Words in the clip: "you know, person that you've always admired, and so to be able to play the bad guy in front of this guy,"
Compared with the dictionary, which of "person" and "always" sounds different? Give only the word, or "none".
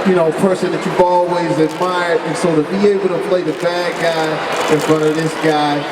none